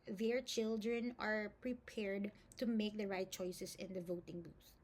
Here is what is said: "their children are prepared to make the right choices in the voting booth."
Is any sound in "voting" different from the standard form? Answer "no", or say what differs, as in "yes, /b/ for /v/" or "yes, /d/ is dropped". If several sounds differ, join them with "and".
no